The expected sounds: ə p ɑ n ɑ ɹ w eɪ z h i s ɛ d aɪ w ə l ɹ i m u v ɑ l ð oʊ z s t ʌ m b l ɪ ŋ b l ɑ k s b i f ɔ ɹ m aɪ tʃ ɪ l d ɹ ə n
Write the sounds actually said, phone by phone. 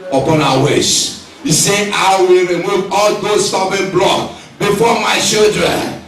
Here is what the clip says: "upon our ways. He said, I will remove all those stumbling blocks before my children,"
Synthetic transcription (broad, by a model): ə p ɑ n ɑ w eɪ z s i s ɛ aɪ w ə l ɹ i m u v ɑ l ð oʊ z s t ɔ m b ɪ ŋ b l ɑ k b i f ɔ m aɪ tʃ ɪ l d ɹ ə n